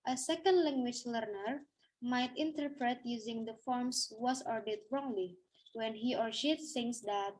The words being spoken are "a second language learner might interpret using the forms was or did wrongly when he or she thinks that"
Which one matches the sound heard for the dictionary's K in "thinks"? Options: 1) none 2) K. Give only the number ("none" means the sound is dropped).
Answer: 1